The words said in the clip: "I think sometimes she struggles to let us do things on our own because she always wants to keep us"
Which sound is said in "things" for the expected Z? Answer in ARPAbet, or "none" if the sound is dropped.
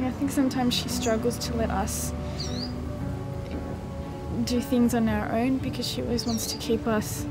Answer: Z